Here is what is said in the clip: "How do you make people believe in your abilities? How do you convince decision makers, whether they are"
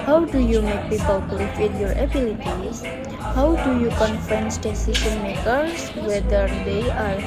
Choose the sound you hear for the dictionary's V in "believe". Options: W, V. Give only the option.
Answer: W